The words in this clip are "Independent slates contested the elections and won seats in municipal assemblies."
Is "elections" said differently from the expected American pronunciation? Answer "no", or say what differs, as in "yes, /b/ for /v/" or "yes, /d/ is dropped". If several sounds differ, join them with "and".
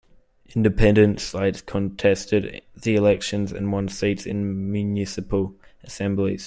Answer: no